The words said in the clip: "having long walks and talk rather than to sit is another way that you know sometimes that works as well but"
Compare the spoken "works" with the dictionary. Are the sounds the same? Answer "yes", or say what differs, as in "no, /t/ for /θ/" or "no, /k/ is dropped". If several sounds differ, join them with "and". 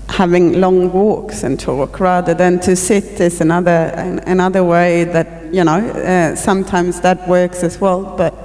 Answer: yes